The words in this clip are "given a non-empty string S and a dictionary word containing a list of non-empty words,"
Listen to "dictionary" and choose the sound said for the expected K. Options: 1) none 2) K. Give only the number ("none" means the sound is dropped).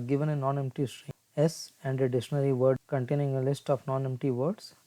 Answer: 1